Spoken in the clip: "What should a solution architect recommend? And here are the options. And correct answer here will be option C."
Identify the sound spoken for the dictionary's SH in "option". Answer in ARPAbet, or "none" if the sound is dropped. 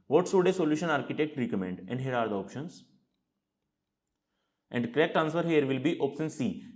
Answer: S